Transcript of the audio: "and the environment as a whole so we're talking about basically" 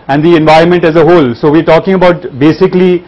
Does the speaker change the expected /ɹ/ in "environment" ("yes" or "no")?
no